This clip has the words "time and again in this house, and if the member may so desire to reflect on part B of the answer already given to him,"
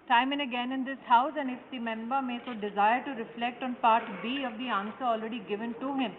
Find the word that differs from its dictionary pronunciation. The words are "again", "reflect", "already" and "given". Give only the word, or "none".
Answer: none